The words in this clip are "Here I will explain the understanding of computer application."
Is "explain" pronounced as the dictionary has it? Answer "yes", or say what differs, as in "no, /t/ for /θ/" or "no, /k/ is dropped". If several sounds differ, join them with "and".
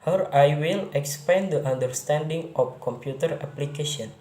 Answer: no, /l/ is dropped